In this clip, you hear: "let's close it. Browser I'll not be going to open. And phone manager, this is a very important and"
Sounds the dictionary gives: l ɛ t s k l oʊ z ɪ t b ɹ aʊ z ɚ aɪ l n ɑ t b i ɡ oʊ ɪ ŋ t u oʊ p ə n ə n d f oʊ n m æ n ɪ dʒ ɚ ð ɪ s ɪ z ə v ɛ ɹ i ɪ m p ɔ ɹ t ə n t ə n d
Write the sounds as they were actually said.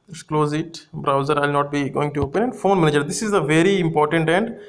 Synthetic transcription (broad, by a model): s k l oʊ z ɪ t b ɹ aʊ z ɚ aɪ l n ɑ t b i ɡ oʊ ɪ ŋ t u oʊ p ə n ə n d f oʊ n m æ n ɪ dʒ ɚ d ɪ s ɪ z ə v ɛ ɹ i ɪ m p ɔ ɹ t ə n t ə n d